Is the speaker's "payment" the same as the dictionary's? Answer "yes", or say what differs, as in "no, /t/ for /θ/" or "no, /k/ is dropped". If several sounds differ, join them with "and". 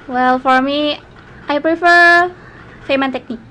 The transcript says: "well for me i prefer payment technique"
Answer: no, /f/ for /p/